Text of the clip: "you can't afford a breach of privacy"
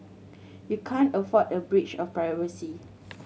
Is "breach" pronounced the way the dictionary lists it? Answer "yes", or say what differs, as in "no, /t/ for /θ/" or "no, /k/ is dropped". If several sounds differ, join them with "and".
yes